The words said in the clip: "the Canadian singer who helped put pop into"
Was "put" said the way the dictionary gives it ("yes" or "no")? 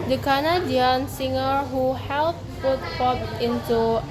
no